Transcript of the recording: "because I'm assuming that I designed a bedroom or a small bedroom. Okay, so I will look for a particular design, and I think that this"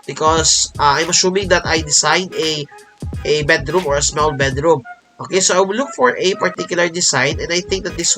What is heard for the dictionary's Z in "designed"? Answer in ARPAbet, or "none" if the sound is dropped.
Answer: S